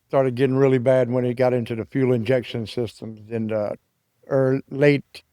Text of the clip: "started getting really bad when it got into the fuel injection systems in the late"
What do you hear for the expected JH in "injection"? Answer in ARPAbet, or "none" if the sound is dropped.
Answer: JH